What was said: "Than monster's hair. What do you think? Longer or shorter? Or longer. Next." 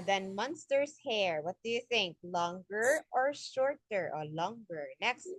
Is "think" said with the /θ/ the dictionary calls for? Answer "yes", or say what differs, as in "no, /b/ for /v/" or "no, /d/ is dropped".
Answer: yes